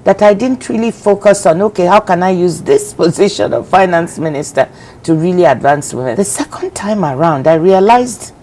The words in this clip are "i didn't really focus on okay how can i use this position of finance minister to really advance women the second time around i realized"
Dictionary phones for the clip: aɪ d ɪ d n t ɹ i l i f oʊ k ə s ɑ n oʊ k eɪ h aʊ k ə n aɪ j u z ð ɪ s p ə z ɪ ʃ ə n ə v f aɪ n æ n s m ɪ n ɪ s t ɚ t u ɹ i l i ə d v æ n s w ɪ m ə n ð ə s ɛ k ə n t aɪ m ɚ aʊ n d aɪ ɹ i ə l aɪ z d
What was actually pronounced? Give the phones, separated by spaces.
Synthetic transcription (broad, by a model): aɪ d ɪ d n t ɹ i l i f oʊ k ə s ɑ n oʊ k eɪ h aʊ k ə n aɪ j u z ð ɪ s p ə z ɪ ʃ ə n ə v f aɪ n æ n s m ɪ n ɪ s t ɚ t u ɹ i l i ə d v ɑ n s w ɪ m ə n ð ə s ɛ k ə n t aɪ m ɚ aʊ n d aɪ ɹ i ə l aɪ z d